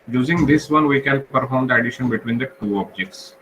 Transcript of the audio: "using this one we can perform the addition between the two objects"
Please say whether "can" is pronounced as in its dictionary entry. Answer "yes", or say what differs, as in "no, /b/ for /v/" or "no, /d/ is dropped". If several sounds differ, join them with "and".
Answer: no, /l/ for /n/